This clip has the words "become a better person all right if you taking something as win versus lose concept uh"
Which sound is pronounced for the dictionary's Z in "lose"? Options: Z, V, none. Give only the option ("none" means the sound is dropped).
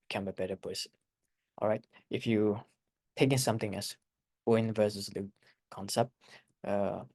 none